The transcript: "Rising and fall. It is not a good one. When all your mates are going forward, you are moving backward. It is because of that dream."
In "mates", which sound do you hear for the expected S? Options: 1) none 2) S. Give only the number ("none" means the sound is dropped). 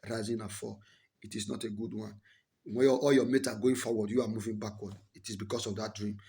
1